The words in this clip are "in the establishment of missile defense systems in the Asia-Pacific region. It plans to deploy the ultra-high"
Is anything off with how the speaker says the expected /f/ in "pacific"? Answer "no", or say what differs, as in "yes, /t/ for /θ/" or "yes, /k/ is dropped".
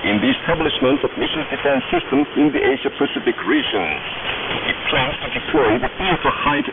no